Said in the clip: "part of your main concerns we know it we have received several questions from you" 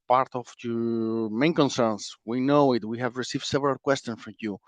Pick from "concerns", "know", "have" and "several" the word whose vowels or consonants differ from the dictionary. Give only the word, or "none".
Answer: concerns